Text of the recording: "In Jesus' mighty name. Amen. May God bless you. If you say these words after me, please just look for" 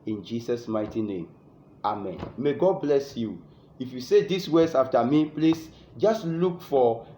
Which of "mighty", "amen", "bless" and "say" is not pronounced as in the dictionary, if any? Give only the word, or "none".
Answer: none